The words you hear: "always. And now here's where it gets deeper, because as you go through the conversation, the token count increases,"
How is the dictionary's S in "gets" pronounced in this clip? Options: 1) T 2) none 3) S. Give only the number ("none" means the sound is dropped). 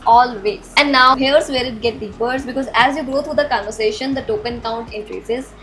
2